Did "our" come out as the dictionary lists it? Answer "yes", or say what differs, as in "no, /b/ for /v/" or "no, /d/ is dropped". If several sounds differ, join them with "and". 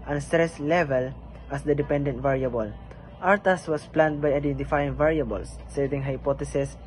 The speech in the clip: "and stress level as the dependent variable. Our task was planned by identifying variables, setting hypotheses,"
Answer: yes